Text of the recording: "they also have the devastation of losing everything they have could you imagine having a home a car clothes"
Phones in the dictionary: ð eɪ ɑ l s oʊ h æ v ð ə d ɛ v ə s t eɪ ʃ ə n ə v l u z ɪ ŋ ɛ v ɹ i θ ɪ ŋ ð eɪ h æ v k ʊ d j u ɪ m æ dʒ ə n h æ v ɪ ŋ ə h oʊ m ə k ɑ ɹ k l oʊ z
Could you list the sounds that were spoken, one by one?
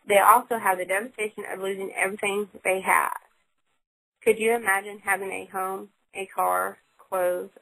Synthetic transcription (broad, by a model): ð eɪ ɑ l s oʊ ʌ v ð ə d ɛ v ə s t eɪ ʃ ə n ə v l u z ɪ ŋ ɛ v ɹ i θ ɪ ŋ ð eɪ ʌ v k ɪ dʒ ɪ ɪ m æ dʒ ə n h æ v ɪ ŋ ə h oʊ m ə k ɑ ɹ k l oʊ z